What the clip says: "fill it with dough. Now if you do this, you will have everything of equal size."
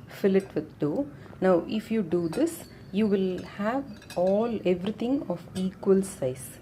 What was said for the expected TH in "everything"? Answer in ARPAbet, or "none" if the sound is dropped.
T